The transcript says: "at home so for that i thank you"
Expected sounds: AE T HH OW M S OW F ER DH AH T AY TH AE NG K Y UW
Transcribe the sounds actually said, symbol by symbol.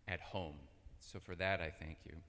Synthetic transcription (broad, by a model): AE T HH OW M S OW F ER DH AH T AY TH AE NG K Y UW